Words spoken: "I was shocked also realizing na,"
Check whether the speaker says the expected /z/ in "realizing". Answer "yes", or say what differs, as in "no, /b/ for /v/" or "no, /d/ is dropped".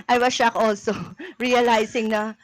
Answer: no, /s/ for /z/